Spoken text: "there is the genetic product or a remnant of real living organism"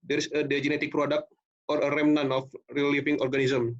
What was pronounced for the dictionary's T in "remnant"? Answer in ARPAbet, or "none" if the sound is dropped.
none